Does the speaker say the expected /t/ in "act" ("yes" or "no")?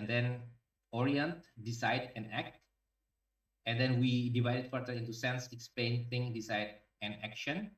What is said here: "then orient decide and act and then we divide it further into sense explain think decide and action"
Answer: yes